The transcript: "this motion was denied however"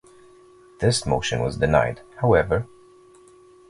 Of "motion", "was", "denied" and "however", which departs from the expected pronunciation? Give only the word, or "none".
none